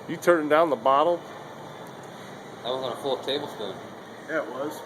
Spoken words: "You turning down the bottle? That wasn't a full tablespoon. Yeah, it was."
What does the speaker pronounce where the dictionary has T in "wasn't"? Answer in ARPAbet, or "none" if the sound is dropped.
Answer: none